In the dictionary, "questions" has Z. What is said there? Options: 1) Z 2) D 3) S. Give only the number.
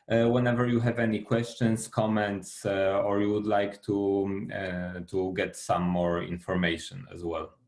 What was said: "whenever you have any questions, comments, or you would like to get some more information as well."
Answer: 3